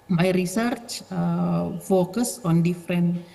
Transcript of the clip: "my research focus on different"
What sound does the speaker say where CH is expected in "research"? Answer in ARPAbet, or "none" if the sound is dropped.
CH